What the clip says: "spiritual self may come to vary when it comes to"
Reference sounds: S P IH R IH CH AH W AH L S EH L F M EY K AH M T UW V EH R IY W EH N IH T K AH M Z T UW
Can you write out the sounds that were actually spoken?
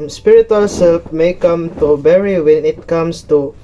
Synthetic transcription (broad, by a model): S P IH R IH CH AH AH L S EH L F M EY K AH M T UW B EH R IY W EH N IH T K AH M S T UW